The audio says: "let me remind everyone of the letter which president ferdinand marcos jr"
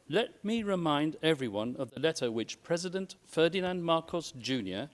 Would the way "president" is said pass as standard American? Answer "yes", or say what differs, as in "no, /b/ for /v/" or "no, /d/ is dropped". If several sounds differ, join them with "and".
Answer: yes